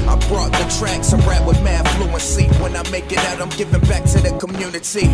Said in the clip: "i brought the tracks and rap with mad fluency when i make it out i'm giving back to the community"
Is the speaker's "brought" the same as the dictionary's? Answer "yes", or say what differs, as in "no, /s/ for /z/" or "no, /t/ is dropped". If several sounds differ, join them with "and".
yes